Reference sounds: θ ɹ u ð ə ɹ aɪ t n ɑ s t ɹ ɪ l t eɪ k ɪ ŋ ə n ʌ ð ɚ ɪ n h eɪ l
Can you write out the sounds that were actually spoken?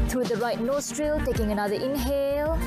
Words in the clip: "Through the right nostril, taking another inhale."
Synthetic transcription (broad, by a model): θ ɹ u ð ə ɹ aɪ t n ɑ s t ɹ ɪ l t eɪ k ɪ ŋ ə n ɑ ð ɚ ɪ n h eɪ l